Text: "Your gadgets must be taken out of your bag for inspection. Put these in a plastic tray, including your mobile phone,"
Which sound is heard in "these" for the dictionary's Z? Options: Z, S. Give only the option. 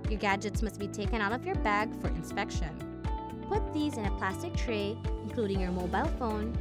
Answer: Z